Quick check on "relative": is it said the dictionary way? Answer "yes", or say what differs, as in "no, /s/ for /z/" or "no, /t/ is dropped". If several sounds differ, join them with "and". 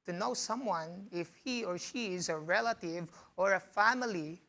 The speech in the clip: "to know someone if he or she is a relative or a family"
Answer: yes